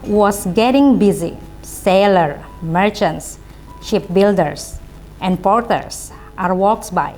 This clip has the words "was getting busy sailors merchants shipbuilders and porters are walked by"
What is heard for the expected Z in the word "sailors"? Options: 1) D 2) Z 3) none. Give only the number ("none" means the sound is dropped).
3